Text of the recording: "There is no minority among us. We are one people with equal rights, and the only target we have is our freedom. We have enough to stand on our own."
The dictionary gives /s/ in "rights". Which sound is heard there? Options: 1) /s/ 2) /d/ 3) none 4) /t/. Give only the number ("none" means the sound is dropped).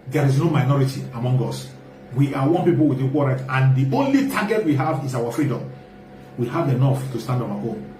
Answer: 3